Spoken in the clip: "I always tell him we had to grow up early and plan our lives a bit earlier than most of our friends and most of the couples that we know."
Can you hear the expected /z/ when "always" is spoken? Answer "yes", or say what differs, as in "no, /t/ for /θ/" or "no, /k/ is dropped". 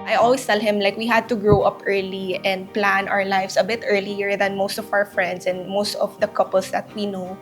no, /s/ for /z/